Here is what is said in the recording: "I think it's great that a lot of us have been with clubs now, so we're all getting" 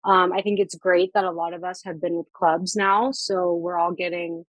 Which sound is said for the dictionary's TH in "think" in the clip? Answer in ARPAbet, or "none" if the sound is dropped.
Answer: TH